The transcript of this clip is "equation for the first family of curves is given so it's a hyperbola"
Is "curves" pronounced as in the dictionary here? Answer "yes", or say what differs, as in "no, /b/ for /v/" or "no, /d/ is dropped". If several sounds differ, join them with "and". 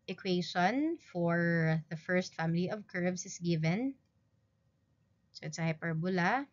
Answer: no, /s/ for /z/